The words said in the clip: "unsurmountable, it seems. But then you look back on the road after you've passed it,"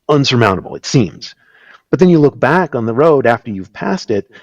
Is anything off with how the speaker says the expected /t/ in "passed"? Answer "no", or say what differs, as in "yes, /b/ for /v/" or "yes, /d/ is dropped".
no